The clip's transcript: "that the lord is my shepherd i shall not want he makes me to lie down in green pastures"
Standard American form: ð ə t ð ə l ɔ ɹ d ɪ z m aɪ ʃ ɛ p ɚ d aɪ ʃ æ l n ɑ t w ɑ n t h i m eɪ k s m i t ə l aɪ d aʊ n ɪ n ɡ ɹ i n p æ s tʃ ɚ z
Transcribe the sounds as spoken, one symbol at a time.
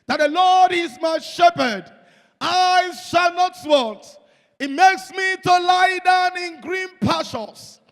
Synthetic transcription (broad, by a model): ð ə t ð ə l ɔ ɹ d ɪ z m aɪ ʃ ɛ p ɚ d aɪ ʃ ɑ l n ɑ t w ɑ n t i m eɪ k s m i t ə l aɪ d aʊ n ɪ n ɡ ɹ i n p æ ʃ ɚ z